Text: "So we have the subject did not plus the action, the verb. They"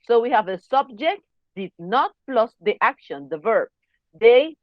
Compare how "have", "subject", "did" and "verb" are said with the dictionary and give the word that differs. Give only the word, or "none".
none